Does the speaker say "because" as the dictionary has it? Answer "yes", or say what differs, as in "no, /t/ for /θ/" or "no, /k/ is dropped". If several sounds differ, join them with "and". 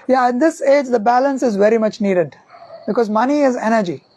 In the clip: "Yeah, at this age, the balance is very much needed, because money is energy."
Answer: yes